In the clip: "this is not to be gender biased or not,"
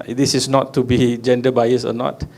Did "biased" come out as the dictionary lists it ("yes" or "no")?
no